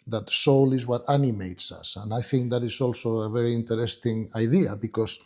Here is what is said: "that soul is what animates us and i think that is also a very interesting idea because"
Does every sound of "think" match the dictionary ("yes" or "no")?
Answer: yes